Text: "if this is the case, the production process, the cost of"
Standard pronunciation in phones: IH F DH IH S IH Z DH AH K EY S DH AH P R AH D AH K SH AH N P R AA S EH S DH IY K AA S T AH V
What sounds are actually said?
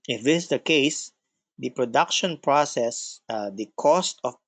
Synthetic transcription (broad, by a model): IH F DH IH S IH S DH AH K EY S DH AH P R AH D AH K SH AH N P R AA S EH S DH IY K AA S T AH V